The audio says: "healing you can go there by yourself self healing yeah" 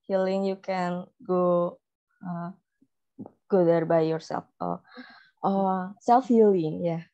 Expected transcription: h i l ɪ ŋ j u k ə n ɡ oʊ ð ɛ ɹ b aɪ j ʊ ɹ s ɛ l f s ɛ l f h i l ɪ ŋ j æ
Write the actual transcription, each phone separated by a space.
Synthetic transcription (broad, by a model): h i l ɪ ŋ j u k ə n ɡ oʊ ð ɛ ɹ b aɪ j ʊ ɹ s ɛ l f s ɛ l f h i l ɪ ŋ j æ